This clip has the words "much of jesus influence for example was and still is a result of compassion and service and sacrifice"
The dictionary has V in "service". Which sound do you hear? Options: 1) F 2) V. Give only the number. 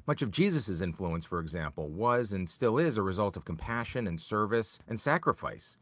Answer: 2